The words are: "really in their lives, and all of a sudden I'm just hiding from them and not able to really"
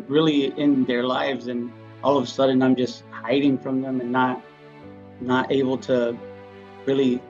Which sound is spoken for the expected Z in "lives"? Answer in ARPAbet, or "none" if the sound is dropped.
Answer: Z